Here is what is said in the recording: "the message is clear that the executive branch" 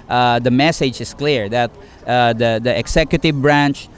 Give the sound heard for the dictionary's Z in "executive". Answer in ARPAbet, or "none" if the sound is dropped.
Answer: S